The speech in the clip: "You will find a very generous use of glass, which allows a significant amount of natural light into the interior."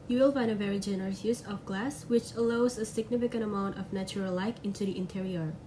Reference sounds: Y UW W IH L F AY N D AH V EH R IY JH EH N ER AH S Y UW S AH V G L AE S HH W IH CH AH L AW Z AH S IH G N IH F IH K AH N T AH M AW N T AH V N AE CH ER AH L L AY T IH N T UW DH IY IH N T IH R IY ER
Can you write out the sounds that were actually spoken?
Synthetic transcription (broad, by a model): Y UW W IH L F AY N D AH V EH R IY JH EH N ER AH S Y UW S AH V G L AE S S W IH CH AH L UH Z AH S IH G N IH F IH K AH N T AH M AW N T AH V N AE CH ER AH L L AY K IH N T UW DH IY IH N T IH R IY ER